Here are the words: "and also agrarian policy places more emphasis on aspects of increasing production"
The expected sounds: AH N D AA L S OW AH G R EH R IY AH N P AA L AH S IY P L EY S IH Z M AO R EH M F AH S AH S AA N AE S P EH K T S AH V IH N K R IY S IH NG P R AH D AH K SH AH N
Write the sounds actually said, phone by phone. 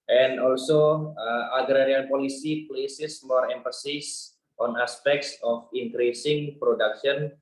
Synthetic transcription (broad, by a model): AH N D AA L S OW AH G R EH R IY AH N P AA L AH S IY P L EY S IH S M AO R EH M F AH S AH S AA N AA S P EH K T S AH F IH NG K R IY S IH NG P R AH D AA K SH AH N